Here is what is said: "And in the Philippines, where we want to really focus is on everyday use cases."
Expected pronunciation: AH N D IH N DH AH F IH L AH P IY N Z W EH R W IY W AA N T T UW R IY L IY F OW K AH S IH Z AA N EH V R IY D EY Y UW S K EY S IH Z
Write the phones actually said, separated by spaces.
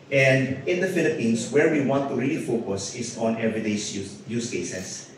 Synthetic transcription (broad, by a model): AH N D IH N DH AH F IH L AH P IY N S W EH R W IY W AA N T T UW R IY L IY F OW K AH S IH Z AA N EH V R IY D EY Y UW S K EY S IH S